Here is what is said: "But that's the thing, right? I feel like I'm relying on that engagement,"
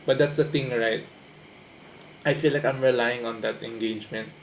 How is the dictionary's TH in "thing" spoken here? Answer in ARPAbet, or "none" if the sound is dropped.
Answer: T